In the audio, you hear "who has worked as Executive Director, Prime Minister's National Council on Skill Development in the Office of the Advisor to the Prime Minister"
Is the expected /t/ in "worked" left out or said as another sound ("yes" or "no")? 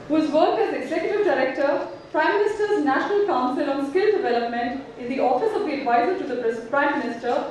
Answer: yes